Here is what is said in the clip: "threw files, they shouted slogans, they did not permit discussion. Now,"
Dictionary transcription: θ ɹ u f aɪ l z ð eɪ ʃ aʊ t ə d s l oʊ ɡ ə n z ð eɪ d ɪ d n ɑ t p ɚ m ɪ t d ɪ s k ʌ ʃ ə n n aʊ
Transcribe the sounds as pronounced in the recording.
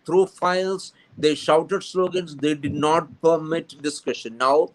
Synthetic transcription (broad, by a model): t ɹ u f aɪ l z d eɪ ʃ aʊ t ə d s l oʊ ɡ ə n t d eɪ d ɪ d n ɑ t p ɚ m ɪ t d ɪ s k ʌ ʃ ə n n aʊ